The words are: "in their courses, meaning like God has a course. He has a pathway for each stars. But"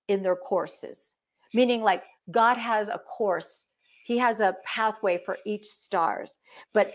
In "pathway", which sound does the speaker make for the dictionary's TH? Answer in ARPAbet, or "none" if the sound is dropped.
TH